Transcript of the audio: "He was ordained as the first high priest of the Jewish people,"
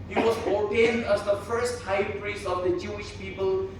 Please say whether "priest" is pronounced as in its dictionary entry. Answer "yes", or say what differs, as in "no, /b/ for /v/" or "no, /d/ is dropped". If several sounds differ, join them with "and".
no, /t/ is dropped